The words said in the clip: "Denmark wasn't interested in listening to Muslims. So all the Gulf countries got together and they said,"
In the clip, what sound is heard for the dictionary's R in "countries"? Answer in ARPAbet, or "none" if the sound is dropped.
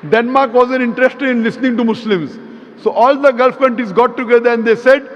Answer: none